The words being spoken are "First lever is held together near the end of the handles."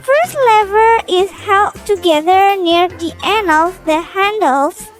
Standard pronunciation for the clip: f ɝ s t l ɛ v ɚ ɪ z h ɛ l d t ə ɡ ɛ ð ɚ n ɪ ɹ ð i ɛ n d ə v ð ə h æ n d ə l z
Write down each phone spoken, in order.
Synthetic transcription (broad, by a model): f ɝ s t l ɛ v ɚ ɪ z h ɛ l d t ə ɡ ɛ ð ɚ n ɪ ɹ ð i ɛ n ə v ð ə h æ n d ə l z